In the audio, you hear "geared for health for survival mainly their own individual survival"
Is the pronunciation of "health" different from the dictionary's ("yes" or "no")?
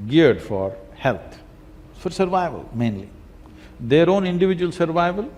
yes